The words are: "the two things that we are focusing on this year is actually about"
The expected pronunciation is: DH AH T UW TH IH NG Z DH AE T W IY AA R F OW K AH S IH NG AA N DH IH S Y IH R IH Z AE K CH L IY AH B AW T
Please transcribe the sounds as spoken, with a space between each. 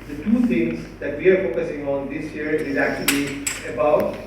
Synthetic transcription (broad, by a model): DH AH T UW T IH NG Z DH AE T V IY AA R F OW K AH S IH NG AA N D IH S Y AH R IH Z AE K CH L IY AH B AW T